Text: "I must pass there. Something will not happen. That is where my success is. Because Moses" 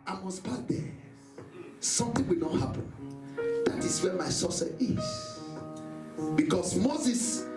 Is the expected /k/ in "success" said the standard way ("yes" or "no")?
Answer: no